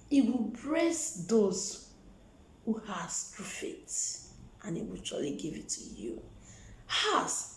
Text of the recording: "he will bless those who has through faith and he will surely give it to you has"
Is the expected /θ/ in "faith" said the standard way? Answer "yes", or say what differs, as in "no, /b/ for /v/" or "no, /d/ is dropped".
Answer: no, /t/ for /θ/